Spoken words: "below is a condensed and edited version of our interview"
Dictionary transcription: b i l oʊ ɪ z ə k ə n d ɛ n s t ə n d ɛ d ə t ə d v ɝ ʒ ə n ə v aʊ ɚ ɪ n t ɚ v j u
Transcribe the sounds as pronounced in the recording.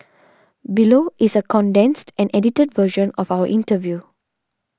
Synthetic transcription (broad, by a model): b i l oʊ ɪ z ə k ə n d ɛ n s t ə n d ɛ d ə t ə d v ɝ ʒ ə n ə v aʊ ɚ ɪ n t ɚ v j u